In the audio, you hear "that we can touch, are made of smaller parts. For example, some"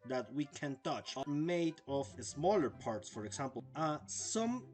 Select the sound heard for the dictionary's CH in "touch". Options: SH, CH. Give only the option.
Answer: CH